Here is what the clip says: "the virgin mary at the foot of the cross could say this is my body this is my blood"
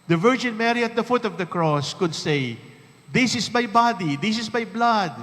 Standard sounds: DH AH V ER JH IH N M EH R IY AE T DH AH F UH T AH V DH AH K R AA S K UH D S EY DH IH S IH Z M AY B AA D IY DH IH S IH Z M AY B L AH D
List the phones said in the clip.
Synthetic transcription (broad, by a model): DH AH V ER JH IH N M EH R IY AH T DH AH F UH T AH V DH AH K R AA S K UH D S EY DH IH S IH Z M AY B AA D IY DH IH S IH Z M AY B L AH D